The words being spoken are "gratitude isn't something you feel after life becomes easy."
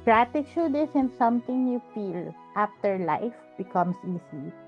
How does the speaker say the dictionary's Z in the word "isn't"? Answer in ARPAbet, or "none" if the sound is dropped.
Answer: S